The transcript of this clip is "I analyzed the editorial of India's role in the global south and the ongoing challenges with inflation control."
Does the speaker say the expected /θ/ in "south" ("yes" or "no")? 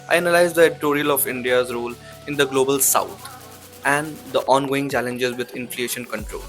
no